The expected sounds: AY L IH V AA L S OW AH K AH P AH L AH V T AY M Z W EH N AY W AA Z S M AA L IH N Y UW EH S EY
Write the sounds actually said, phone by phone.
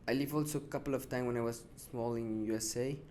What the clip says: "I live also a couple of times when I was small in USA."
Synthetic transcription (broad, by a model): AY L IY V AA L S OW AH K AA P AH L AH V T AY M W EH N AY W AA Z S M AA L IH N Y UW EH S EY